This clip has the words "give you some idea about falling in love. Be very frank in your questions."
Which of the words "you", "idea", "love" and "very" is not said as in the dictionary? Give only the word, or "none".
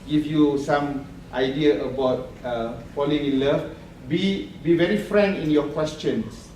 love